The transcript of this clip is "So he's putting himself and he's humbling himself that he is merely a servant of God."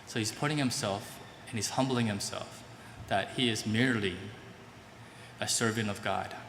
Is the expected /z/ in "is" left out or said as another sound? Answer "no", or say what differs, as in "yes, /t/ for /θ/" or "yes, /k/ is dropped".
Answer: no